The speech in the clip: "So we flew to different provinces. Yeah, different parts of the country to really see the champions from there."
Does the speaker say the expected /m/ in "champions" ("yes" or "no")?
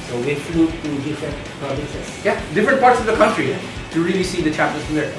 no